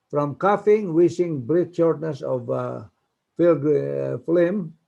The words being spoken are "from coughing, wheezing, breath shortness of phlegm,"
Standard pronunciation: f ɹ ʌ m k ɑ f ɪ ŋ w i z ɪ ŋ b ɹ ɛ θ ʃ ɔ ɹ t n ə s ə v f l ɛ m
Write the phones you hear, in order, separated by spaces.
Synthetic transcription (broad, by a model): f ɹ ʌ m k ɑ f ɪ ŋ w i s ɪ ŋ b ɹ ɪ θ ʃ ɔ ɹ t n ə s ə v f l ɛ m